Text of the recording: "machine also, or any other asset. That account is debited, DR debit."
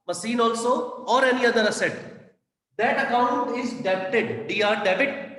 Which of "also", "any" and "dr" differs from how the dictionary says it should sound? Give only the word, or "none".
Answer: dr